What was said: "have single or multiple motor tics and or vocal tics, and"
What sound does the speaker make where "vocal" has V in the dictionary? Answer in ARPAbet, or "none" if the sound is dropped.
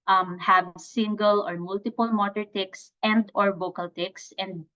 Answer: B